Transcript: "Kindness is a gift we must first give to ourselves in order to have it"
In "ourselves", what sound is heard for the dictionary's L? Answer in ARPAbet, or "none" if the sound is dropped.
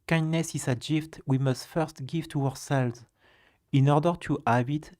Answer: L